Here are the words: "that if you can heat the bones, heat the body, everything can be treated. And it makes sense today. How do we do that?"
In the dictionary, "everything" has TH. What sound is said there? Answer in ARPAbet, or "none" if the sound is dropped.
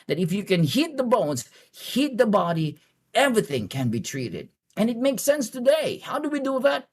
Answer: TH